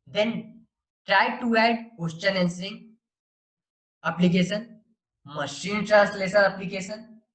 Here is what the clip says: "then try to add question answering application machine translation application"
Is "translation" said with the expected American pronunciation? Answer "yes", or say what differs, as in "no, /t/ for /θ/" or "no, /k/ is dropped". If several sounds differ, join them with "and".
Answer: no, /s/ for /ʃ/